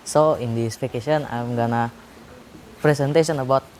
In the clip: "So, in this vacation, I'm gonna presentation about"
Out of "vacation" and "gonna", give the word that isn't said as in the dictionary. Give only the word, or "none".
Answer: vacation